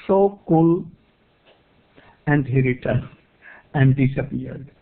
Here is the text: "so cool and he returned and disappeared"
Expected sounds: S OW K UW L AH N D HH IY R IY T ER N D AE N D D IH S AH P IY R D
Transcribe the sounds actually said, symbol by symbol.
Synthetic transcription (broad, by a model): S OW K UW L AH N D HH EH R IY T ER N AE N D D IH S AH P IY R D